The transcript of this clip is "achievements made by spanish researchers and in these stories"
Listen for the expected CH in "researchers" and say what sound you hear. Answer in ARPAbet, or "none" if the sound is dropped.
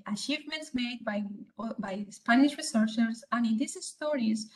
S